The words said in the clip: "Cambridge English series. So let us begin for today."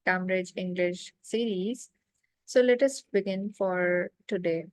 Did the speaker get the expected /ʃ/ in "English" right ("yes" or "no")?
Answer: yes